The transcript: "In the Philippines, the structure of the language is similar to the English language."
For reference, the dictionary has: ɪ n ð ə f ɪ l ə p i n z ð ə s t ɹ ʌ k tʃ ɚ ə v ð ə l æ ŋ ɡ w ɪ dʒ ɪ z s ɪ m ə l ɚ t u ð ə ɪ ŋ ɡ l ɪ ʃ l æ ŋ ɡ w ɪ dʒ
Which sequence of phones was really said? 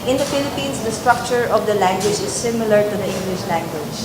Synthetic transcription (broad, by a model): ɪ n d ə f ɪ l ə p i n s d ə s t ɹ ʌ k tʃ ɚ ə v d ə l æ ŋ ɡ w ɪ dʒ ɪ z s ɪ m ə l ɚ t u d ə ɪ ŋ ɡ l ɪ ʃ l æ ŋ ɡ w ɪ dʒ